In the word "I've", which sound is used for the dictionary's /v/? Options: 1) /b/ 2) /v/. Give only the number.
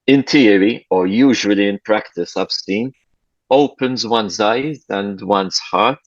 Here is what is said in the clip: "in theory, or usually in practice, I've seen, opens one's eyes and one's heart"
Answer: 1